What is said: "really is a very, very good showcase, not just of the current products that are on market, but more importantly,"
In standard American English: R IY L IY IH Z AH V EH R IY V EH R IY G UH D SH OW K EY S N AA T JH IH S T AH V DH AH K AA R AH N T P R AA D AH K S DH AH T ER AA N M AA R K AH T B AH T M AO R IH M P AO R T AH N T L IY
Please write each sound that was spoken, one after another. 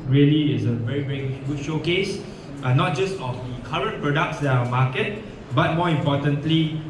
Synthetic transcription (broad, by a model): R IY L IY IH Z AH V EH R IY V EH R IY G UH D SH OW K EY S N AA T JH IH S T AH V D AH K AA R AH N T P R AA D AH K S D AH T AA M AA K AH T B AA T M AO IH M P AO T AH N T L IY